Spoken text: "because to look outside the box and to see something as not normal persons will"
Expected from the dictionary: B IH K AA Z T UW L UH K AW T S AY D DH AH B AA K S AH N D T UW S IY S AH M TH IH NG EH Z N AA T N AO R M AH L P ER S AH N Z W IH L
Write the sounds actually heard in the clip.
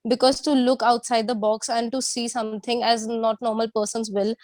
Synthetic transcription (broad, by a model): B IH K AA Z T UW L UH K AW T S AY D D AH B AA K S AH N D T UW S IY S AH M T IH NG EH Z N AA T N AO R M AH L P ER S AH N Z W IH L